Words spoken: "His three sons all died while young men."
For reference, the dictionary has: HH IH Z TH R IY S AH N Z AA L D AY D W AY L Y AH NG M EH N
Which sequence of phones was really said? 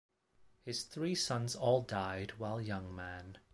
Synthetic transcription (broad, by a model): HH IH Z TH R IY S AH N Z AA L D AY D W AY L Y AH NG M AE N